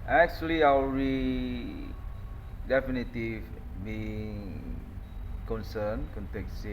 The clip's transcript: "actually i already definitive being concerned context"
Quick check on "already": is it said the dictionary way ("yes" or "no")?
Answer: no